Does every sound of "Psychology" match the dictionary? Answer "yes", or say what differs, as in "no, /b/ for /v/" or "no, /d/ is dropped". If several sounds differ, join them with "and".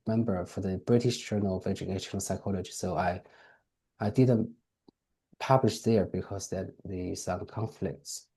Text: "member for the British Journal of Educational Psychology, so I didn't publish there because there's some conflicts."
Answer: yes